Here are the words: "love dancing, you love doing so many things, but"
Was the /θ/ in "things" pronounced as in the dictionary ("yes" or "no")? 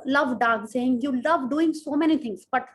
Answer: no